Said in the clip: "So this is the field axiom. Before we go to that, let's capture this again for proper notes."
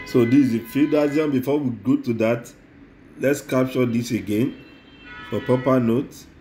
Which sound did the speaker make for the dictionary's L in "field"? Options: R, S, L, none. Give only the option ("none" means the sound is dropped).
none